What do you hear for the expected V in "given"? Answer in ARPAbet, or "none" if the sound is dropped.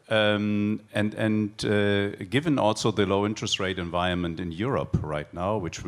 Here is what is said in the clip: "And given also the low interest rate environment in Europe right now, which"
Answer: V